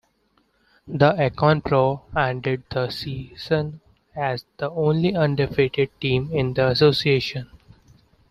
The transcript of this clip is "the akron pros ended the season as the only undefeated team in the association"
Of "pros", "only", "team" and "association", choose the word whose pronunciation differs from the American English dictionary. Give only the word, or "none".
pros